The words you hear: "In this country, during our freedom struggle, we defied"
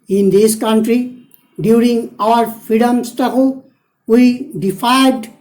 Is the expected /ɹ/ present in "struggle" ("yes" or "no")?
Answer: no